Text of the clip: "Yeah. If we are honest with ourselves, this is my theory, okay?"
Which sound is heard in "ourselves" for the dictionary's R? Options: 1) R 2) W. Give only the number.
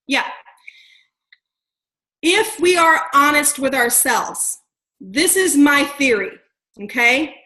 1